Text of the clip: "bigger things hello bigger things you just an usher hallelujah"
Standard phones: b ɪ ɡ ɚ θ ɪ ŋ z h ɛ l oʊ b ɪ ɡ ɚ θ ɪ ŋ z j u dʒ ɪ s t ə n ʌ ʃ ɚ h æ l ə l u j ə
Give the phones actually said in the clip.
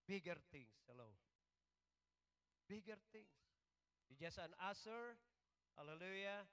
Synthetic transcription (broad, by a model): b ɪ ɡ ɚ t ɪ ŋ s h ɛ l oʊ b ɪ ɡ ɚ t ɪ ŋ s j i dʒ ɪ s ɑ ə n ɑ s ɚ h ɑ l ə l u j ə